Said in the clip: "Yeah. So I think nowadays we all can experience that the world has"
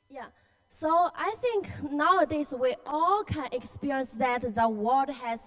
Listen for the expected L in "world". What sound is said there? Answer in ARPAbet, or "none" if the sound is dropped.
none